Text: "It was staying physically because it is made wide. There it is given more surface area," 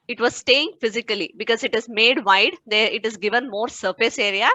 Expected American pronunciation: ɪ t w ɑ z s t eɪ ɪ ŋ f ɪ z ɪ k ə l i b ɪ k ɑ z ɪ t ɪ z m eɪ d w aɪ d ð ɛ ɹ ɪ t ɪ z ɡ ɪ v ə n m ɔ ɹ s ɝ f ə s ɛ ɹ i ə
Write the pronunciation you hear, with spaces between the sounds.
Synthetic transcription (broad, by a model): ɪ t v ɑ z s t eɪ ɪ ŋ f ɪ z ɪ k ə l i b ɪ k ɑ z ɪ t ɪ z m eɪ d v aɪ d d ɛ ɹ ɪ t ɪ z ɡ ɪ v ə n m ɔ ɹ s ɝ f ə s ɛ ɹ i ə